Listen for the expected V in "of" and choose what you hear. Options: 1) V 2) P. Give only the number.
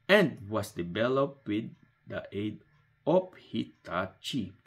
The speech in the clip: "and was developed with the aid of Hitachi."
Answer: 2